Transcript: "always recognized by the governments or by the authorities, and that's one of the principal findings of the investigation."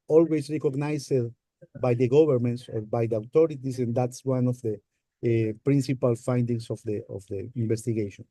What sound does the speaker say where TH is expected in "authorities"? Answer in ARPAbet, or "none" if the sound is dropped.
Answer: T